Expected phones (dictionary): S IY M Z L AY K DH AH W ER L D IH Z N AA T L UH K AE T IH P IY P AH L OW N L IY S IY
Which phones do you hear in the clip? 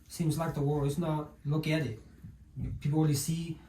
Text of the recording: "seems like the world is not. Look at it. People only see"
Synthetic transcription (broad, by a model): S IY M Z L AY K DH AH W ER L IH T N AA T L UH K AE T IH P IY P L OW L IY S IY